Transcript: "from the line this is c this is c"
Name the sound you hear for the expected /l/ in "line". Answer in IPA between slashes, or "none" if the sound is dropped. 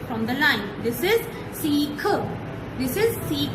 /l/